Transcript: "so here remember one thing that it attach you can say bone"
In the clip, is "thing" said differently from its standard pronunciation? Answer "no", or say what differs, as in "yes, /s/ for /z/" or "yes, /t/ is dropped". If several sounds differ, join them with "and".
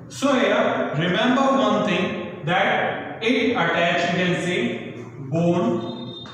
yes, /t/ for /θ/